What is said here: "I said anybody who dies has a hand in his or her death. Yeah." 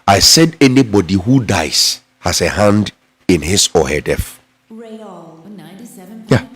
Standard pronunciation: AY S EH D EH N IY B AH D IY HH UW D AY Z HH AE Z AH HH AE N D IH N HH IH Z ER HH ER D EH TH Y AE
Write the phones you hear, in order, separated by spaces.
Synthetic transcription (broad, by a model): AY S EH D EH N IY B AH D IY HH UW D AY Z HH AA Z AH HH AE N D IH N HH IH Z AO HH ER D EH F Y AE